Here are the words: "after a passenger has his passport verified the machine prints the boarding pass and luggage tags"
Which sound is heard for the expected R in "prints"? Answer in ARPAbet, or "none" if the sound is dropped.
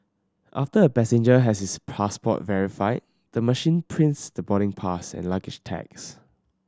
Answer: R